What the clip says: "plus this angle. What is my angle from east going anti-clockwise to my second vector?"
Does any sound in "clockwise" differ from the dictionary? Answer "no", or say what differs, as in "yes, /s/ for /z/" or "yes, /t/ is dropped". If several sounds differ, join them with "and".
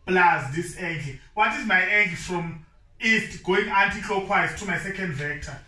yes, /l/ is dropped